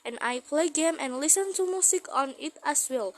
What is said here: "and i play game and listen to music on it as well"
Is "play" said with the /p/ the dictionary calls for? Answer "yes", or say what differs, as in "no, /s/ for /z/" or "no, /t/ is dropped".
yes